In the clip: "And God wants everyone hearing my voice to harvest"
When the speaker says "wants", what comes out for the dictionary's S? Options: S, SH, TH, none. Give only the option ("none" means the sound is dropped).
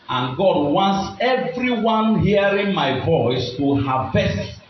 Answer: S